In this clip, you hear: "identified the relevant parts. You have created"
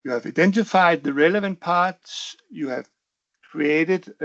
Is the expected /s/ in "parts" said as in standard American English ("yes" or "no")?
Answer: yes